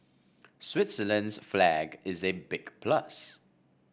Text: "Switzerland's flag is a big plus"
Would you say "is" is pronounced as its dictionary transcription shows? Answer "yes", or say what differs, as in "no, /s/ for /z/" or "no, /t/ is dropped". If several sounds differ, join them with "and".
yes